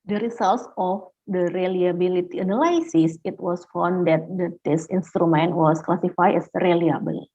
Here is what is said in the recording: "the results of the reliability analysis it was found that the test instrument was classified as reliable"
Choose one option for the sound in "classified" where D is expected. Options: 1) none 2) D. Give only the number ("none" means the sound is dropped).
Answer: 1